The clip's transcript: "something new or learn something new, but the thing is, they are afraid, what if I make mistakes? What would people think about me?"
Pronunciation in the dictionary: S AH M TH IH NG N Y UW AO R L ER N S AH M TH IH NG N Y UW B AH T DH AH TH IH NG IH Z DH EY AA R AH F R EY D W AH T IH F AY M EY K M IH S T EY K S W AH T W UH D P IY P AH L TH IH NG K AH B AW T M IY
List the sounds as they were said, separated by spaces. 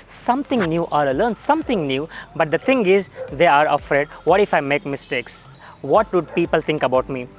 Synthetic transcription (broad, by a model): S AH M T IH NG N Y UW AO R L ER N S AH M T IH NG N Y UW B AH T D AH T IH NG IH Z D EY AA R AH F R EY D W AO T IH F AY M EY K M IH S T EY K S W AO T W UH D P IY P AH L T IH NG K AH B AW T M IY